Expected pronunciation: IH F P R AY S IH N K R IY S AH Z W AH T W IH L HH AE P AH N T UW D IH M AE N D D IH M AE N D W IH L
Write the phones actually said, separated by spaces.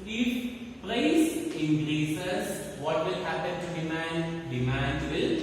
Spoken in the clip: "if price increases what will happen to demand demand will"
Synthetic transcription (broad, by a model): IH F P L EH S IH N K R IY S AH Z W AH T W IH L HH AE P AH N T UW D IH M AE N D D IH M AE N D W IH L